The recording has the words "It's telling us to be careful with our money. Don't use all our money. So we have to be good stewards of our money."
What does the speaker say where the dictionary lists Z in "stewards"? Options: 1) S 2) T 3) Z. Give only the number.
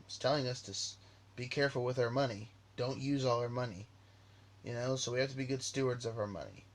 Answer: 3